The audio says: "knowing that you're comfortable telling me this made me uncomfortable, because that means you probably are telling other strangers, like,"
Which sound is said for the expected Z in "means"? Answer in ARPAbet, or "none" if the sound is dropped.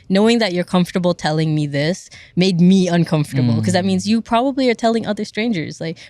Z